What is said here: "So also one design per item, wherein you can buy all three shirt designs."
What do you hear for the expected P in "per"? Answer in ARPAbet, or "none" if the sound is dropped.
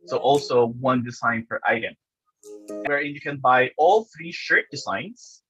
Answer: F